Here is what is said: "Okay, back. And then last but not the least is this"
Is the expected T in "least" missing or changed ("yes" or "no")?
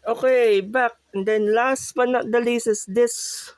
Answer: yes